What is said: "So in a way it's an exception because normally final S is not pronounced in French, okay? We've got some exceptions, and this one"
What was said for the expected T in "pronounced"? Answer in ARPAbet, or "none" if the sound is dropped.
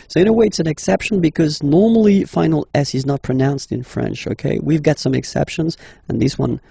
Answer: T